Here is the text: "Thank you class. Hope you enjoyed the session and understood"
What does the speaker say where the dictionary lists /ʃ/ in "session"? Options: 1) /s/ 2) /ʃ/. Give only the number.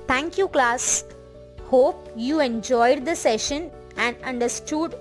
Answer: 2